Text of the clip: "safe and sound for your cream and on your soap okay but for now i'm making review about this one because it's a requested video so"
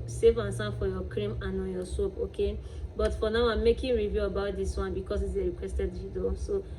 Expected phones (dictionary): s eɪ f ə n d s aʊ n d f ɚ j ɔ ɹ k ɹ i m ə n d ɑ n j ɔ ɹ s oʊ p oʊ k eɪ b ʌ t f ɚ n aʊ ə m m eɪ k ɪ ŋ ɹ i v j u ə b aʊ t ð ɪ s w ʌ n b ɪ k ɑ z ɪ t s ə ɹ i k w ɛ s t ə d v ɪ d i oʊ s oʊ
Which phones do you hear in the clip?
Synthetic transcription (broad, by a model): s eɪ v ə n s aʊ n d f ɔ j ɔ k ɹ i m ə n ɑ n j ɔ s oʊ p oʊ k eɪ b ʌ t f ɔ n aʊ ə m m eɪ k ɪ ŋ ɹ i v j u ə b aʊ t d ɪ s w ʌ n b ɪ k ɑ s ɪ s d ə ɹ i k w ɛ s t ə d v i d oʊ s oʊ